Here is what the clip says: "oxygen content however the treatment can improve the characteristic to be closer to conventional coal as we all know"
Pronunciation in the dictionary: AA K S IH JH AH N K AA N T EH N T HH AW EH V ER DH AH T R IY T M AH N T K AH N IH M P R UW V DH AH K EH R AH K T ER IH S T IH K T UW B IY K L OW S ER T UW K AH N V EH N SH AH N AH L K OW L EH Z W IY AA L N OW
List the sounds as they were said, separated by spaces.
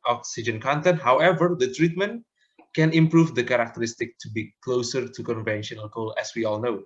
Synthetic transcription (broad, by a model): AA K S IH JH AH N K AA N T EH N T HH AW EH V ER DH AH T R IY T M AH N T K AH N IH M P R UW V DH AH K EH R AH K T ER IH S T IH K T UW B IY K L OW S ER T UW K AH N V EH N SH AH N AH L K OW L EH S W IY AA L N OW